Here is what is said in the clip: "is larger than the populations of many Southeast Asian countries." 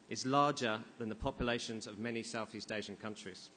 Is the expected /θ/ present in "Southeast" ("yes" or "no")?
yes